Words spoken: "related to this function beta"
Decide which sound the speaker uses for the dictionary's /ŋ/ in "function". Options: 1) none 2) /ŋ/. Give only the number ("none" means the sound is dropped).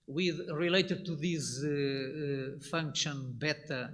2